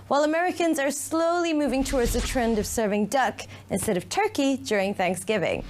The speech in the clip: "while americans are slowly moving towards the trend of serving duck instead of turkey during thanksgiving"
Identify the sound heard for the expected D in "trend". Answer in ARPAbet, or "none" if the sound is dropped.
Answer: D